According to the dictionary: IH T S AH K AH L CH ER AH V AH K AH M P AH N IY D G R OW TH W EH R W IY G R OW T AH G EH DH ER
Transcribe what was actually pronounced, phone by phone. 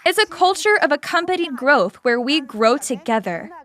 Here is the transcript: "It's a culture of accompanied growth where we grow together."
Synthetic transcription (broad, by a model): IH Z AH K AH L CH ER AH V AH K AH M P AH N IY D G R OW TH W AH R W IY G R OW T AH G EH DH ER